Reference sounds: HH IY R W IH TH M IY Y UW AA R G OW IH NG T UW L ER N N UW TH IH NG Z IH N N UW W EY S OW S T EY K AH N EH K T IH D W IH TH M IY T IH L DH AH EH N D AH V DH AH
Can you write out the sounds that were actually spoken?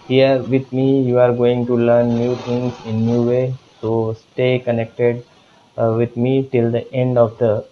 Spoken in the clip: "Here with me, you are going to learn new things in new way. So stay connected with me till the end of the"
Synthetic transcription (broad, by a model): HH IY R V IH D M IY Y UW AA R G OW IH NG T UW L ER N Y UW T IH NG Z IH N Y UW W EY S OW S T EY K AH N EH K T IH D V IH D M IY T IH L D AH EH N D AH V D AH